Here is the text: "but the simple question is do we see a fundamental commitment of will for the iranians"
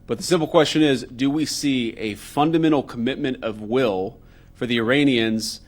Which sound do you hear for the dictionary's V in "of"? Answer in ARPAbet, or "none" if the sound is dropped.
V